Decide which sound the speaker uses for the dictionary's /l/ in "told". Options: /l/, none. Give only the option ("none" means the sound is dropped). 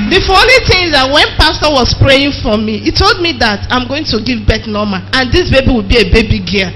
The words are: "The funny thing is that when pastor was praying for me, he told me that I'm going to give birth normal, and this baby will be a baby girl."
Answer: /l/